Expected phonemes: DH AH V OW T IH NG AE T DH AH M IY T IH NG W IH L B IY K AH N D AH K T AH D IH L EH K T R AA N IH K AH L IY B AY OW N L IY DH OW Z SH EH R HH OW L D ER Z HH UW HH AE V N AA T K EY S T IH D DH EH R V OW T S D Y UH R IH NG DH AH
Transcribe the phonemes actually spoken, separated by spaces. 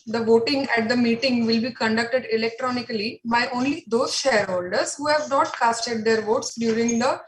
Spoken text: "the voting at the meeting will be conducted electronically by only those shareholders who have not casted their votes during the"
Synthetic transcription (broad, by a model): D AH V OW T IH NG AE T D AH M IY T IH NG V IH L B IY K AH N D AH K T AH D IH L EH K T R AA N IH K AH L IY B AY OW N L IY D OW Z SH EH R HH OW L D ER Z HH UW HH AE V N AA T K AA S T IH D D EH R V OW T S D Y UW R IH NG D AH